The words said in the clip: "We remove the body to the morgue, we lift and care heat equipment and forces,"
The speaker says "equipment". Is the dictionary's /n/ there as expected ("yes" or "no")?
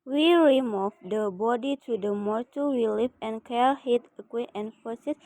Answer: no